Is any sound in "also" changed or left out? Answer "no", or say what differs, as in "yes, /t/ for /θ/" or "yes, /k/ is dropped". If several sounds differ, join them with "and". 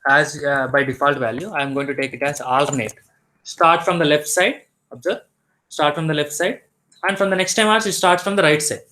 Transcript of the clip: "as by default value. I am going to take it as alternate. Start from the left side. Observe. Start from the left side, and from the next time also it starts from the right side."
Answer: yes, /l/ is dropped